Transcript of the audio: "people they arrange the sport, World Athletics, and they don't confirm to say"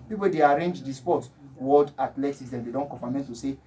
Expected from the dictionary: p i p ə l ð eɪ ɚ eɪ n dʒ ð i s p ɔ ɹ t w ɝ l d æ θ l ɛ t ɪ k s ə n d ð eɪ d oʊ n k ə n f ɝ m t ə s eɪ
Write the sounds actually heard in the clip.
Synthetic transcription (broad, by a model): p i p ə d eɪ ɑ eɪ n dʒ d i s p ɔ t w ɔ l d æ t l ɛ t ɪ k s ə n d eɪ d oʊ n k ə f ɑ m t ə s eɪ